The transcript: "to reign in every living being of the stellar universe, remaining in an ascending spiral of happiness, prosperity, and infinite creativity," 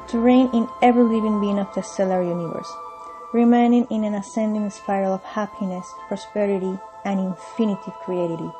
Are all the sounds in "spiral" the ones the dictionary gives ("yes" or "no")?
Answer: no